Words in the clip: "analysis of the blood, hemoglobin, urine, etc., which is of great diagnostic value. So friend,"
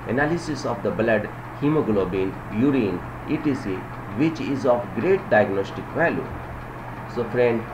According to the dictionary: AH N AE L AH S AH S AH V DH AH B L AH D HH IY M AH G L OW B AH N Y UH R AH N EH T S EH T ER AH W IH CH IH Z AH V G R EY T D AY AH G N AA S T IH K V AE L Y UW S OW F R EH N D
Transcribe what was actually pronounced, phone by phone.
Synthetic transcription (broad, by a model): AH N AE L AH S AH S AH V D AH B L AH D HH IY M AH G L OW B AH N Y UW R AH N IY T IY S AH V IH CH IH Z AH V G R EY T D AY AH G N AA S T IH K V AE L Y UW S OW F R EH N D